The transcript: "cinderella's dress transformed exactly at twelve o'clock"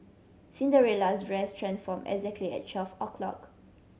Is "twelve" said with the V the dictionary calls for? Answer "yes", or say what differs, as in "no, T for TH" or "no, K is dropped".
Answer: no, F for V